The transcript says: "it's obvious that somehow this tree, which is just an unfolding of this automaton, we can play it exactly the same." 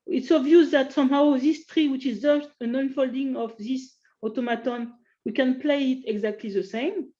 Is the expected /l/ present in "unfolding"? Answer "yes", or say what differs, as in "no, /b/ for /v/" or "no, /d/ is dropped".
yes